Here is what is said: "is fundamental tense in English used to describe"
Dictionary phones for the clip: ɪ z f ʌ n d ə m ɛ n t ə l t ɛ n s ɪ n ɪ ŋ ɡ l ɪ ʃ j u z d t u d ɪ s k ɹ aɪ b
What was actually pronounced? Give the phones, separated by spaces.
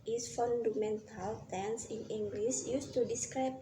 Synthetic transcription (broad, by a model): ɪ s f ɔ n d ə m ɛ n t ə l t ɛ n s ɪ n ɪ ŋ ɡ l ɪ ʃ j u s t u d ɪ s k ɹ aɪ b